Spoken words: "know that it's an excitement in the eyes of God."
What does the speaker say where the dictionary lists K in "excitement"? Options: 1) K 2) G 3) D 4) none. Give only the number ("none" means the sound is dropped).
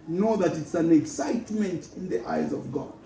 1